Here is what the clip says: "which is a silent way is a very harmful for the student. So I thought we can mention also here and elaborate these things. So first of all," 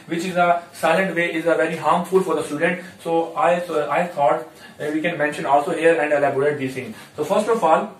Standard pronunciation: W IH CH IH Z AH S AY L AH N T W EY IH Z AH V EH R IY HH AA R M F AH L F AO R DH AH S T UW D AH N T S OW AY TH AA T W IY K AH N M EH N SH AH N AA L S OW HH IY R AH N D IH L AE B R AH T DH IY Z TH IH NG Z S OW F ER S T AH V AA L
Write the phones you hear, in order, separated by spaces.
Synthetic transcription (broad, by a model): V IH CH IH Z AH S AY L AH N T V EY IH Z AH V EH R IY HH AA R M F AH L F AO R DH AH S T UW D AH N T S OW AY S AA T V IY K AH N M EH N SH AH N AA L S OW HH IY R AH N D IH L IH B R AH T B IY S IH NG S OW F ER S T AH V AA L